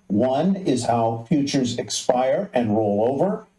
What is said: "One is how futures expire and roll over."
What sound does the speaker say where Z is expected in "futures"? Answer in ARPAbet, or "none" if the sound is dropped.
Z